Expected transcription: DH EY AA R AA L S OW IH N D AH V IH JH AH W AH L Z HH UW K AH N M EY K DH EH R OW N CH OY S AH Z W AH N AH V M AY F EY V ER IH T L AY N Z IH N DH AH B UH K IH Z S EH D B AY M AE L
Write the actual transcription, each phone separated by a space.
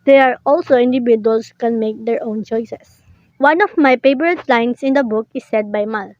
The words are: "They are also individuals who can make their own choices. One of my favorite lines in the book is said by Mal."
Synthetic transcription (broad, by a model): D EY AA R AA L S OW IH N D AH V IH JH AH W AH L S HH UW K AH N M EY K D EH R OW N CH OY S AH S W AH N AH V M AY P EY P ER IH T L AY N S IH N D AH B UH K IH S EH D B AY M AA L